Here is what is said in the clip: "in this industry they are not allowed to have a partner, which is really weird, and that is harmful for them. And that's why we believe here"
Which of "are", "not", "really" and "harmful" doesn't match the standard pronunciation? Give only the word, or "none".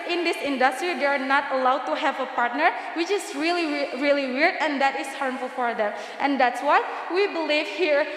none